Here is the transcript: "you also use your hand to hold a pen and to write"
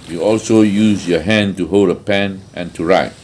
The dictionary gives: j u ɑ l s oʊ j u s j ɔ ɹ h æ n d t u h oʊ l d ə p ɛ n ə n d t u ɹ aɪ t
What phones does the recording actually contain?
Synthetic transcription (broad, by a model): j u ɑ l s oʊ j u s j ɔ h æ n t u h oʊ l d ə p ɛ n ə n t u ɹ aɪ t